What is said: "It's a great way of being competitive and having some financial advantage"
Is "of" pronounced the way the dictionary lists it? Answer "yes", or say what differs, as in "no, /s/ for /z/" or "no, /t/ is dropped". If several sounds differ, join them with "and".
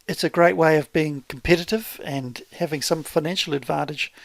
yes